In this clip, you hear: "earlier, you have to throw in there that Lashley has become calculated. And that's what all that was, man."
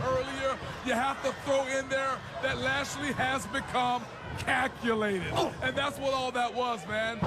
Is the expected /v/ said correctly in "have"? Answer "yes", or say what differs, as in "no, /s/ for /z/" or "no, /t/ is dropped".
no, /f/ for /v/